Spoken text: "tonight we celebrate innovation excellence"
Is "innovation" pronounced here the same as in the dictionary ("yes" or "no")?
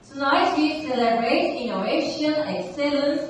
no